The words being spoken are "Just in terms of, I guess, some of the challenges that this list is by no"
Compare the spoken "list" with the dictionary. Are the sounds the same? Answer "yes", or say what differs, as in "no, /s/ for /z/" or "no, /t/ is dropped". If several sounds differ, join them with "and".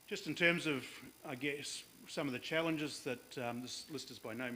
yes